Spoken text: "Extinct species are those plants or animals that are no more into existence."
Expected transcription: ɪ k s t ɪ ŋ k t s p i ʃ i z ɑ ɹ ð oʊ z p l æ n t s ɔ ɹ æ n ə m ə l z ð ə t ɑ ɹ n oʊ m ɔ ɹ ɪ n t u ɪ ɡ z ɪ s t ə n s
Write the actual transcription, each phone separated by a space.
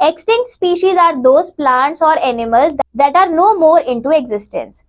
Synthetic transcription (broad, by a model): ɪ k s t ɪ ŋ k t s p i ʃ i z ɑ ɹ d oʊ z p l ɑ n t s ɔ ɹ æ n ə m ə l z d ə t ɑ ɹ n oʊ m ɔ ɹ ɪ n t u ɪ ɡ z ɪ s t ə n s